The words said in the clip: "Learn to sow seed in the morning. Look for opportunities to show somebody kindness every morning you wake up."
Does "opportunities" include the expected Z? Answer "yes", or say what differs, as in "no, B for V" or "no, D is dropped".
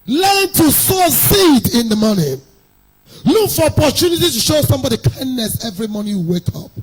no, Z is dropped